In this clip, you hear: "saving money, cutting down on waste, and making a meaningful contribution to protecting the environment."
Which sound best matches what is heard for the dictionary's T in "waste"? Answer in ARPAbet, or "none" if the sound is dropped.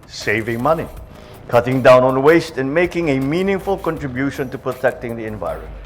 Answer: T